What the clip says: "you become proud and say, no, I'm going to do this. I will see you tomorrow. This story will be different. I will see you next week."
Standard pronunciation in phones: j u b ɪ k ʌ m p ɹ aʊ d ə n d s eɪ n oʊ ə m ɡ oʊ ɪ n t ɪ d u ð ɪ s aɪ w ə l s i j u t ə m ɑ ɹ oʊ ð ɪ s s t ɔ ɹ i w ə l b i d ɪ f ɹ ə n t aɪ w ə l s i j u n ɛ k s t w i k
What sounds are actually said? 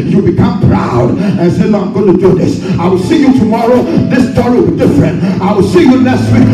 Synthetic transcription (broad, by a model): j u b ɪ k ʌ m p ɹ aʊ d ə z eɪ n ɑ ə m ɡ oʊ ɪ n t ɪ d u ð ɪ s aɪ w ə l s i j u t ə m ɑ ɹ oʊ ð ɪ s s t ɔ ɹ i w ə l b i d ɪ f ɹ ə n t aɪ w ə l s i j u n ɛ s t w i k